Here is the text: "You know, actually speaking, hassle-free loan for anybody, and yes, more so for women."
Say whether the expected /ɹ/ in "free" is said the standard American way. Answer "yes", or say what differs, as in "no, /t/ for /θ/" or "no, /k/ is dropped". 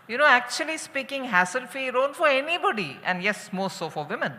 no, /ɹ/ is dropped